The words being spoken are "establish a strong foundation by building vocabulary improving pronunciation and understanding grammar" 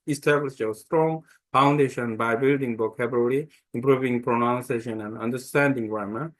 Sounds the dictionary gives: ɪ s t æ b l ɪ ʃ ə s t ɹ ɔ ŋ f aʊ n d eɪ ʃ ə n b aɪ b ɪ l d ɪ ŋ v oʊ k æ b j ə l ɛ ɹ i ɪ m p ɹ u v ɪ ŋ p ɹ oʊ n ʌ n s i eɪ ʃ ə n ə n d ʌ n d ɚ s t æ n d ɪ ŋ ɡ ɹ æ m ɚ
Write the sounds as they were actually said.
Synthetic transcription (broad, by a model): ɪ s t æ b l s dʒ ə s t ɹ ɔ ŋ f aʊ n d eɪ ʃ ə n b aɪ b ɪ l d ɪ ŋ b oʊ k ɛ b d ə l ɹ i ɪ m p ɹ u v ɪ ŋ p ɹ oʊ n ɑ n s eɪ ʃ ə n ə n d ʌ n d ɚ s t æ n d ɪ ŋ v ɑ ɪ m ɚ